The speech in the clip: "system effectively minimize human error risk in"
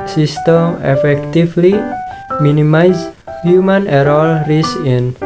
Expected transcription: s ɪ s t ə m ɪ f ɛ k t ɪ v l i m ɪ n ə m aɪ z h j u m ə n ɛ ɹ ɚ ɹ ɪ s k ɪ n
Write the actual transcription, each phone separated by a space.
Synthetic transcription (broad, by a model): s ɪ s t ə m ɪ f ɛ k t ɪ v l i m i n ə m aɪ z h j u m ə n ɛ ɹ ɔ ɹ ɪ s ɪ n